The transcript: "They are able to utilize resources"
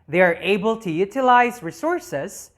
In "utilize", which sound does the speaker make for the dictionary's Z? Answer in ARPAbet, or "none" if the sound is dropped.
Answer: Z